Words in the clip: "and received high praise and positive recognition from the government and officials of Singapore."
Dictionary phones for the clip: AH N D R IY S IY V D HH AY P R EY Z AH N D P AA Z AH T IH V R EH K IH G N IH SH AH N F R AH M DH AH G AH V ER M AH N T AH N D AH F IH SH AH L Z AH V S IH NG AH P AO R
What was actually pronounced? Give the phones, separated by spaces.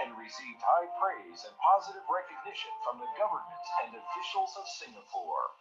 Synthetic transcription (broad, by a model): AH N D R IY S IY V D HH AY P R EY Z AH N P AA Z AH T IH V R EH K IH G N IH SH AH N F R AH M DH AH G AH V ER M AH N T AH N D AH F IH SH L Z AH V S IH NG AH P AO R